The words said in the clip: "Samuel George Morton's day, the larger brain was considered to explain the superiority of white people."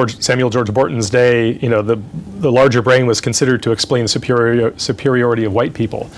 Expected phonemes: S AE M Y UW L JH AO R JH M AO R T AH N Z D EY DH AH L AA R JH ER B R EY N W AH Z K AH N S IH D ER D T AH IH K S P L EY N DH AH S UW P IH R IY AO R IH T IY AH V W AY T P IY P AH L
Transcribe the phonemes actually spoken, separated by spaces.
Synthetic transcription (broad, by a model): S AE M Y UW L JH AO R JH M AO R T N Z D EY DH AH L AA R JH ER B R EY N W AH Z K AH N S IH D ER D T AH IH K S P L EY N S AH S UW P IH R IY AO R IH T IY AH V W AY T P IY P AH L